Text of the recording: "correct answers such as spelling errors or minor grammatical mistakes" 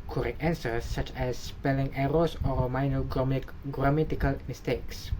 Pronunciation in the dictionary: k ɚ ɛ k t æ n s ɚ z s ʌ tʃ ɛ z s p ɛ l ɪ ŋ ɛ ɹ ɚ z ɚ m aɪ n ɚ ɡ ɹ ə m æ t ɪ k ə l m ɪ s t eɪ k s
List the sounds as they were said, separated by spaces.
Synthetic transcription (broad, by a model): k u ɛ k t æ n s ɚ s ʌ tʃ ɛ s p ɛ l ɪ ŋ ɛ ɹ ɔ s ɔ m aɪ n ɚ ɡ ɹ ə m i t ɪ k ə l m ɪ s t eɪ k s